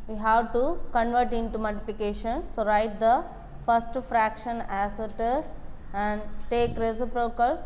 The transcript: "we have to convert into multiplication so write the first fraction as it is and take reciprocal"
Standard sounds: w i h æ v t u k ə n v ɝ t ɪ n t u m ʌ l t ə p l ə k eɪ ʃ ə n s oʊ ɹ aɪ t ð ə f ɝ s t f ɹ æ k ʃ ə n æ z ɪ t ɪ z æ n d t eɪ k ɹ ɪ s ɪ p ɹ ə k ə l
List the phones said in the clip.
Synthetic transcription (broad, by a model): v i h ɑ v t u k ə n v ɝ t ɪ n t u m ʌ t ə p ə k eɪ ʃ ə n s oʊ ɹ aɪ t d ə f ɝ s t f ɹ æ k ʃ ə n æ s ɪ t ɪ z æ n d t eɪ k ɹ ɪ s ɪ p ɹ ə k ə l